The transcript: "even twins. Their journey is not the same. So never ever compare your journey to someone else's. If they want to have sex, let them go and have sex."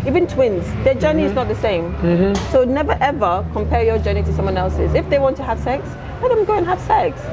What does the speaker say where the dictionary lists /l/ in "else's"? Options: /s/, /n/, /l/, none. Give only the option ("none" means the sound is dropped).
/l/